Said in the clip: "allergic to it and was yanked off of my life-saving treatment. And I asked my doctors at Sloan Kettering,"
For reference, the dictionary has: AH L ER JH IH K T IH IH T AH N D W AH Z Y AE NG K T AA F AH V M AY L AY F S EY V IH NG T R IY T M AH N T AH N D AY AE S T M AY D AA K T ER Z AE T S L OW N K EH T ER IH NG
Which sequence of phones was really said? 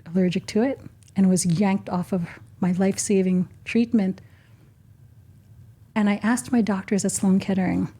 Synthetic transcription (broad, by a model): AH L ER JH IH K T IH IH T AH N W AH Z Y AE NG K T AA F AH V M AY L AY F S EY V IH NG T R IY T M AH N T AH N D AY AE S T M AY D AA K T ER Z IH T S L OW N K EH T ER IH NG